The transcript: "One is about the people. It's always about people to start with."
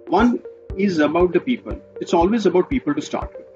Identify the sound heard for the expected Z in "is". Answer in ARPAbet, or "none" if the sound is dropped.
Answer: Z